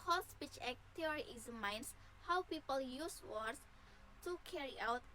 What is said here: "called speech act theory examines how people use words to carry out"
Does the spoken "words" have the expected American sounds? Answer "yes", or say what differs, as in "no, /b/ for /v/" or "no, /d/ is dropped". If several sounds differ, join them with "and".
no, /s/ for /z/